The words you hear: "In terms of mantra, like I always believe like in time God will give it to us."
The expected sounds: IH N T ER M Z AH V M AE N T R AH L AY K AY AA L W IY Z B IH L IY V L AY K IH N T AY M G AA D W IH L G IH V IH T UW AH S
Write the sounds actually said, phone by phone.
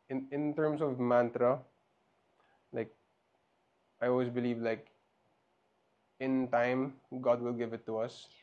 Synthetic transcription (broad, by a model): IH N T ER M S AH V M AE N T R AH L AY K AY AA L W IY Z B IH L IY V L AY K IH N T AY M G AA D W IH L G IH V IH T UW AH S